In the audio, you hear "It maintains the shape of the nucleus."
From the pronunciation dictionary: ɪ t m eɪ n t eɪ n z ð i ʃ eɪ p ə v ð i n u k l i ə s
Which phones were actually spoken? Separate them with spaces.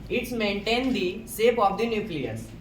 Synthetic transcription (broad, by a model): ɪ t m eɪ n t eɪ n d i s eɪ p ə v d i n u k l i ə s